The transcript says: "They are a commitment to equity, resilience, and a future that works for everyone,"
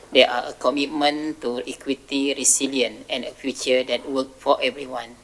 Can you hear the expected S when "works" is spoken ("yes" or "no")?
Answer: no